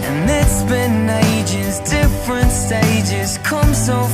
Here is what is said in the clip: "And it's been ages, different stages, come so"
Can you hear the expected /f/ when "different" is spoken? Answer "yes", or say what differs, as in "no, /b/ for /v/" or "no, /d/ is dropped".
yes